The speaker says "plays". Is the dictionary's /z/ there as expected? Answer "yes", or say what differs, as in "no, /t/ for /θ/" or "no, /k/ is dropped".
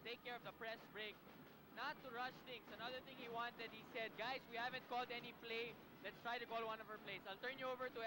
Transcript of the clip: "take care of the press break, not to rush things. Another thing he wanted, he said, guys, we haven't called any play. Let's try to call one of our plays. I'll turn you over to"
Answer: no, /s/ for /z/